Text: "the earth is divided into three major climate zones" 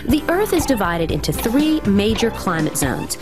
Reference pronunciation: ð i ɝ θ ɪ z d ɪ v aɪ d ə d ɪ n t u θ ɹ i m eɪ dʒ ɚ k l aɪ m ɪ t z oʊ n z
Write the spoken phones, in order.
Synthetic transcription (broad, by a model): ð i ɝ θ ɪ z d ɪ v aɪ d ə d ɪ n t u θ ɹ i m eɪ dʒ ɚ k l aɪ m ɪ t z oʊ n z